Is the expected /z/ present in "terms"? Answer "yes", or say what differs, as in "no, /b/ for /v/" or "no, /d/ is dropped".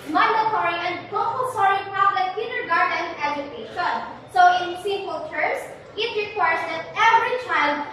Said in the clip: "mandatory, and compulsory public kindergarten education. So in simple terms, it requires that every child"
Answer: no, /s/ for /z/